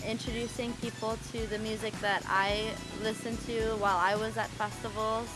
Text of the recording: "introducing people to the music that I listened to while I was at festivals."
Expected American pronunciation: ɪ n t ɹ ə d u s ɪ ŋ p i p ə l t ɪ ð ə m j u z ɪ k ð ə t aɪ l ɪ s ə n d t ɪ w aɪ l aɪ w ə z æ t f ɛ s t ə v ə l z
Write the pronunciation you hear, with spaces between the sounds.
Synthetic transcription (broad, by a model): ɪ n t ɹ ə d u s ɪ ŋ p i p l t ɪ ð ə m j u z ɪ k ð ə t aɪ l ɪ s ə n t ɪ w aɪ l aɪ w ə z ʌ t f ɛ s t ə v l